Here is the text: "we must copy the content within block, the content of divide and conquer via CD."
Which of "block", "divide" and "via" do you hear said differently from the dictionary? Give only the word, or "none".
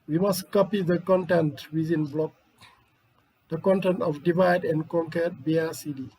via